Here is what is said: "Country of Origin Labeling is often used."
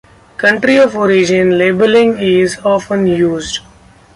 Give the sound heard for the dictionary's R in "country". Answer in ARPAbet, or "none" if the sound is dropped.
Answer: R